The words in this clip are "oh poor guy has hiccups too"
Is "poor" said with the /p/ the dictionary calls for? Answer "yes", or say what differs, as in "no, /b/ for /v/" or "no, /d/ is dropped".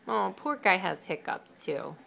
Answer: yes